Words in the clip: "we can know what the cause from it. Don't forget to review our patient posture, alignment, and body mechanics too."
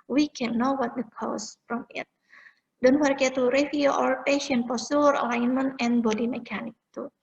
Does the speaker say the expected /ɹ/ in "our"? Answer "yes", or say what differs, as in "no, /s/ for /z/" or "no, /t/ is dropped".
yes